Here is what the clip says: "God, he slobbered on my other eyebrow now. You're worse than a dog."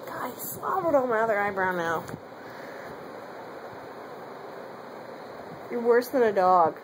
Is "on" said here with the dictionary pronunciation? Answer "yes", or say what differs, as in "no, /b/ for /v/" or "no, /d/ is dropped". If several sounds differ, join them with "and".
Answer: no, /l/ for /n/